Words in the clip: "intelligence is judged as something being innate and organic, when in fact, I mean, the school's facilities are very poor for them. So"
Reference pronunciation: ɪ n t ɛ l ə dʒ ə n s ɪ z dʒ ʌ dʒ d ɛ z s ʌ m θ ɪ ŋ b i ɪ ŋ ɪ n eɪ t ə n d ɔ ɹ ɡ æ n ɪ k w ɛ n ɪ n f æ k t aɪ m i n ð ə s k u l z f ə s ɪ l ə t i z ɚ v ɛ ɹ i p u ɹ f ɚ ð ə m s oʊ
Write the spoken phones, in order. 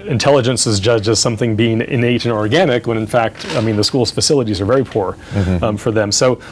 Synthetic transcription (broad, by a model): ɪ n t ɛ l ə dʒ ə n s ɪ z dʒ ʌ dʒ ɪ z s ʌ m θ ɪ ŋ b i ɪ ŋ ɪ n eɪ t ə n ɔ ɹ ɡ æ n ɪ k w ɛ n ɪ n f æ k t aɪ m i n ð ə s k u l z f ə s ɪ l ə t i z ɚ v ɛ ɹ i p u ɹ f ɚ ð ə m s oʊ